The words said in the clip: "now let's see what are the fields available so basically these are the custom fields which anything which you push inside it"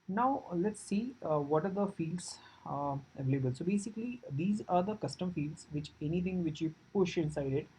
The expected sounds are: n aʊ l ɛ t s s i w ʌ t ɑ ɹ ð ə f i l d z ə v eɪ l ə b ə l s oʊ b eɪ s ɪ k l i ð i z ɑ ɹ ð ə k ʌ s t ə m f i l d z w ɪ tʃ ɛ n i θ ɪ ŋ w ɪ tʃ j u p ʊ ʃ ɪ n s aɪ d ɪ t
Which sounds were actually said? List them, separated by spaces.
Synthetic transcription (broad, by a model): n aʊ l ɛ t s s i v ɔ t ɑ ɹ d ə f i l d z ə v eɪ l ə b ə l s oʊ b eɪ s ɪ k l i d i z ɑ ɹ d ə k ʌ s t ə m f i l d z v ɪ tʃ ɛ n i t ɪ ŋ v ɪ tʃ j u p ʊ ʃ ɪ n s aɪ d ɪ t